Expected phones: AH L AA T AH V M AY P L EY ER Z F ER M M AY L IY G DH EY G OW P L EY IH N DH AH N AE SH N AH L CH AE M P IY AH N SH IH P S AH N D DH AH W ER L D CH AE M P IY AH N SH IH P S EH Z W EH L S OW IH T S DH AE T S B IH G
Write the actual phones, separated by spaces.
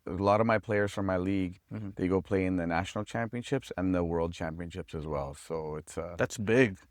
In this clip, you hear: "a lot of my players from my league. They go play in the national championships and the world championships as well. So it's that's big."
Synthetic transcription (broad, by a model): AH L AA T AH V M AY P L EY ER Z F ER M M AY L IY G DH EY G OW P L EY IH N DH AH N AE SH N L CH AE M P IY AH N SH IH P S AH N DH AH W ER L D CH AE M P IY AH N SH IH P S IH Z W EH L S OW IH T S DH AE T S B IH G